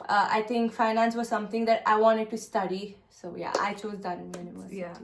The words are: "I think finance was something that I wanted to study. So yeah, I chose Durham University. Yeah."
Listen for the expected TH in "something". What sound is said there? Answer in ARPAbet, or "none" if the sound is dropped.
T